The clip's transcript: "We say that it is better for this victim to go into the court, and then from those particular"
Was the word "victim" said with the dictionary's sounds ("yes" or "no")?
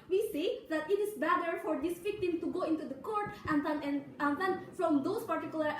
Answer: no